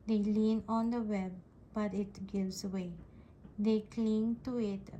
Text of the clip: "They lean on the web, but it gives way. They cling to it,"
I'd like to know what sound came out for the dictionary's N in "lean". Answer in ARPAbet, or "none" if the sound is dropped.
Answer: N